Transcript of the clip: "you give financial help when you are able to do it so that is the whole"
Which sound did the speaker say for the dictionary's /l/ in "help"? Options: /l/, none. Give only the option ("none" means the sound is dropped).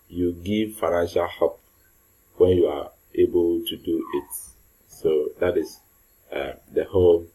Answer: none